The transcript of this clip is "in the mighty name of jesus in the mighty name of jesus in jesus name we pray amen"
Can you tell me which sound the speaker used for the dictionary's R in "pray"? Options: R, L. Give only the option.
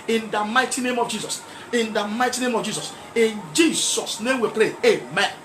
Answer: L